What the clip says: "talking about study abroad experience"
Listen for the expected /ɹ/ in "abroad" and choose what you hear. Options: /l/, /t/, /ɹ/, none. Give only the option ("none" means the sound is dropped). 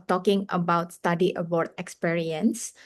none